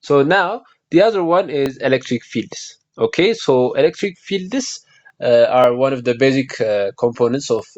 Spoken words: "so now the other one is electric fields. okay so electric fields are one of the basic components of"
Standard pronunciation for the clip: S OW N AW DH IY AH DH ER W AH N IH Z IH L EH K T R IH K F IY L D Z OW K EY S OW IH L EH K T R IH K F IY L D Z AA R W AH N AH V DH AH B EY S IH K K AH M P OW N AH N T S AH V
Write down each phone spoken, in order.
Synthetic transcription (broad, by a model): S OW N AW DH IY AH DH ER W AH N IH Z IH L EH K T R IH K F IY L D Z OW K EY S OW IH L EH K T R IH K F IY L D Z AA R W AH N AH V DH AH B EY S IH K K AH M P OW N AH N T S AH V